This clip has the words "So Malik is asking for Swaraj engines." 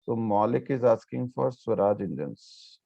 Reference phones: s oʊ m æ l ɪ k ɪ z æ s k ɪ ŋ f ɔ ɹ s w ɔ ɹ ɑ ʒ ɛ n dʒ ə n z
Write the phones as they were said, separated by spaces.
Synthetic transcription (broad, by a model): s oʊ m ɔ l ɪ k ɪ z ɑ s k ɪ ŋ f ɔ ɹ s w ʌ ɹ ɑ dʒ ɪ n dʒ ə n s